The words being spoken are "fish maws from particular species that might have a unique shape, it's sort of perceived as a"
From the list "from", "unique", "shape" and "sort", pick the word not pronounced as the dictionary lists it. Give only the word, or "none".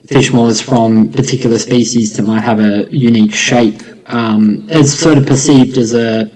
none